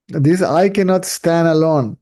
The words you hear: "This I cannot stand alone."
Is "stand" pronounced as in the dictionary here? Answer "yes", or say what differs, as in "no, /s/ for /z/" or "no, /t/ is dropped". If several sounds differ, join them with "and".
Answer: yes